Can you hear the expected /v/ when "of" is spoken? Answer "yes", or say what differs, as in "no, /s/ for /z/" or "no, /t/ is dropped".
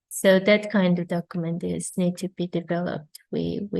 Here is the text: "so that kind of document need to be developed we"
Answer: yes